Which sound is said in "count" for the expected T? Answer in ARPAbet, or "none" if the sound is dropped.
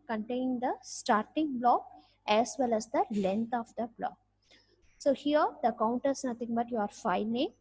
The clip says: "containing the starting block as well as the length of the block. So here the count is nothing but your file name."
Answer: T